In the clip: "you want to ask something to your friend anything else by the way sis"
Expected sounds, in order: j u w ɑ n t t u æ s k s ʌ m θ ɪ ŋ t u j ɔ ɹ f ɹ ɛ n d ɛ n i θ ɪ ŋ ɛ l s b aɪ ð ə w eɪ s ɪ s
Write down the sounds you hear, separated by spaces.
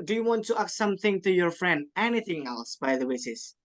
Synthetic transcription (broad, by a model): j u w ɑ n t t u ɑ k s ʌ m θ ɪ ŋ t u j ɔ ɹ f ɹ ɛ n d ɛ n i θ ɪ ŋ ɛ l s b aɪ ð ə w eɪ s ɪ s